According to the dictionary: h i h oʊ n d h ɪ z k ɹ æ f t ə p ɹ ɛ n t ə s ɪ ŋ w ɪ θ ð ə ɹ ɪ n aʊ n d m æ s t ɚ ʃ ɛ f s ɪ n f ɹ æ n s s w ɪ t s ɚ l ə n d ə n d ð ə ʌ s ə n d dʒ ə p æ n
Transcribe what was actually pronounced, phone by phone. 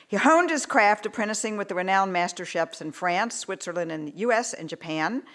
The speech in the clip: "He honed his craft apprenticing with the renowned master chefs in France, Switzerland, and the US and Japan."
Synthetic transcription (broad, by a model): h i h oʊ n d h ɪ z k ɹ æ f t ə p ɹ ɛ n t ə s ɪ ŋ w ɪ ð ə ɹ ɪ n aʊ n m æ s t ɚ ʃ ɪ p s ɪ n f ɹ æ n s s w ɪ t s ɚ l ə n d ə n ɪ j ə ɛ s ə n dʒ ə p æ n